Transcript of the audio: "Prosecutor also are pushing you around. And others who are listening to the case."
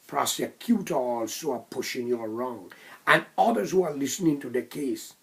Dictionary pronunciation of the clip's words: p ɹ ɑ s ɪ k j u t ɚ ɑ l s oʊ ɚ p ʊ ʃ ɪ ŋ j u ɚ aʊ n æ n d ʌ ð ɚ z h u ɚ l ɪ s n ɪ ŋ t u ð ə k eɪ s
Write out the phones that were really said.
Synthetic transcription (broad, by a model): p ɹ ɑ s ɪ k j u t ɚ ɑ l s oʊ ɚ p ʊ ʃ ɪ ŋ j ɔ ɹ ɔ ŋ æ n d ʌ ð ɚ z h u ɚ l ɪ s n ɪ ŋ t u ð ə k eɪ s